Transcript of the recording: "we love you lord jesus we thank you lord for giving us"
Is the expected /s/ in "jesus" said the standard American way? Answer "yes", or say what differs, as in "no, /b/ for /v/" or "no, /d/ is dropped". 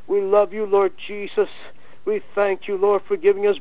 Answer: yes